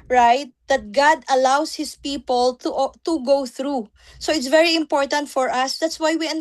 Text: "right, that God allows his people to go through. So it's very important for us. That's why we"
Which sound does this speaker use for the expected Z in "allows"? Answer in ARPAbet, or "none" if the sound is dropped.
S